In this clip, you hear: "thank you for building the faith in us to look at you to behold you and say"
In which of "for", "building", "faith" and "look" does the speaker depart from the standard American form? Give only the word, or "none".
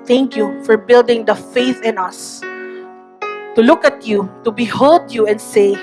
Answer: none